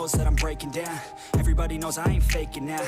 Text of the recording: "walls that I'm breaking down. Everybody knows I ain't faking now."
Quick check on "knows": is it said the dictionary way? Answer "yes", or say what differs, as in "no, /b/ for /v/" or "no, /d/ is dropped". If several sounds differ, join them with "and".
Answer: yes